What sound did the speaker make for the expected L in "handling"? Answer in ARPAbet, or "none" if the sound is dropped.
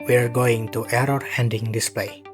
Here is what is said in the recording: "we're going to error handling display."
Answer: none